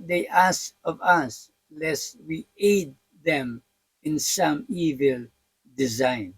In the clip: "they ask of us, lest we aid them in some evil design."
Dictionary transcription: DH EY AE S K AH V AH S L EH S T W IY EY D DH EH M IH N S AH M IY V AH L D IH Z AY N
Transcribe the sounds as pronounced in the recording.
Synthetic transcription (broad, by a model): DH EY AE S AH V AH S L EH S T W IY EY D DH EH M IH N S AH M IY V AH L D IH Z AY N